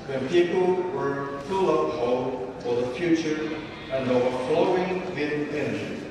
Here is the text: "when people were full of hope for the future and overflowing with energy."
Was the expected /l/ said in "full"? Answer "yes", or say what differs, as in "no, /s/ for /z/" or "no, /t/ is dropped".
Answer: yes